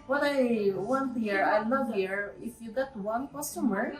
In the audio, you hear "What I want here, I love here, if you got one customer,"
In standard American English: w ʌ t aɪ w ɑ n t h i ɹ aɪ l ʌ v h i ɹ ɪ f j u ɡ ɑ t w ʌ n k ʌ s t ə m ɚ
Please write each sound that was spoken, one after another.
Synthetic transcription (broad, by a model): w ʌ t aɪ w ɑ n t h i ɹ aɪ n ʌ h i ɹ ɪ f j u ɡ ɑ t w ʌ n k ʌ s t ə m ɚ